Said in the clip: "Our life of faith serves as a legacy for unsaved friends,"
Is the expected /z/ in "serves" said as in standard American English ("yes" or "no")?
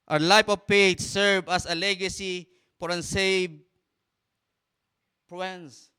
no